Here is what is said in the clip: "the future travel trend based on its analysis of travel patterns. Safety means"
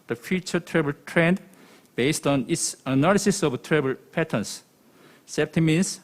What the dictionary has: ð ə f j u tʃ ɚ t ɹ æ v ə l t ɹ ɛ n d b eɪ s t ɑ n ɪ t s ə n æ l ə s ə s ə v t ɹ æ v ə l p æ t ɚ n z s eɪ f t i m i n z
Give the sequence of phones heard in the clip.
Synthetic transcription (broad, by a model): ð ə f j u tʃ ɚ t ɹ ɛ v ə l t ɹ ɛ n d b eɪ s t ɑ n ɪ t s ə n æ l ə s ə s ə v t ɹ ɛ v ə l p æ t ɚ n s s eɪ p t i m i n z